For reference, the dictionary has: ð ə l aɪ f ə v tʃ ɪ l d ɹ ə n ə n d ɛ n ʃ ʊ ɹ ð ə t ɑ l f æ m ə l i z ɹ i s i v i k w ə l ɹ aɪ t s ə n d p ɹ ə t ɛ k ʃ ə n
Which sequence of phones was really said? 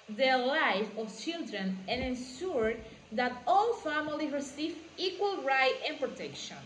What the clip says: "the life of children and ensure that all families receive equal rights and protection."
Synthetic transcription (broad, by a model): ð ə l aɪ f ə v tʃ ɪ l d ɹ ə n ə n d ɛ n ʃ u ɹ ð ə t ɑ l f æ m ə l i ɹ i s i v i k w ə l ɹ aɪ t ə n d p ɹ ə t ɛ k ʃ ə n